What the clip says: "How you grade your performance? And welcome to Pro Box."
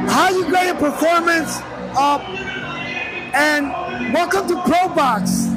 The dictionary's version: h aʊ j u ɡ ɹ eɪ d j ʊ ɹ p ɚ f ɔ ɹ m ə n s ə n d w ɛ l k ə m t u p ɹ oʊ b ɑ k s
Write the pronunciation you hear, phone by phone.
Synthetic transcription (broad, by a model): h aʊ j u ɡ eɪ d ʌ p ɚ f ɔ ɹ m ə n s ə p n w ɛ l k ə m t u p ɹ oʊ b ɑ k s